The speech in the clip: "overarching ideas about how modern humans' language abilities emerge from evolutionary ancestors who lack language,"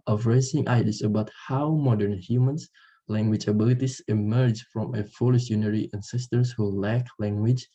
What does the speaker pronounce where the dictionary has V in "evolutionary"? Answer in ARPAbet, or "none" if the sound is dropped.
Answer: F